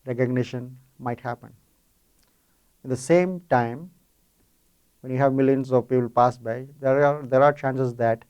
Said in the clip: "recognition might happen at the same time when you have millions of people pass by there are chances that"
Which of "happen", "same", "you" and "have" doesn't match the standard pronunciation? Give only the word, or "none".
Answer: none